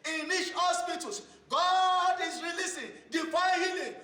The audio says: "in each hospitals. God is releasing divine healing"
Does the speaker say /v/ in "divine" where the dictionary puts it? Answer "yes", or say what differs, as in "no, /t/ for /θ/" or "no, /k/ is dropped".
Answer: no, /f/ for /v/